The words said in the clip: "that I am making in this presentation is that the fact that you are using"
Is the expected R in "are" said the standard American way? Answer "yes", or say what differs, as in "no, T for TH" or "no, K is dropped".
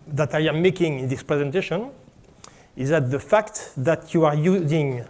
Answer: yes